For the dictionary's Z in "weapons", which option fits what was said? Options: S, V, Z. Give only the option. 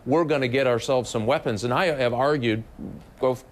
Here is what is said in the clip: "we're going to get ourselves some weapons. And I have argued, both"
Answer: Z